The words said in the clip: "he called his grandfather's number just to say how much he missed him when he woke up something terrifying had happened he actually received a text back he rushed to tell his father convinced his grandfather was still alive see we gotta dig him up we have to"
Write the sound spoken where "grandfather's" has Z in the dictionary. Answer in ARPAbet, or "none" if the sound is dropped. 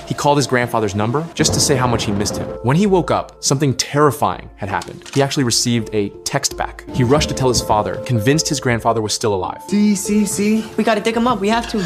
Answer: Z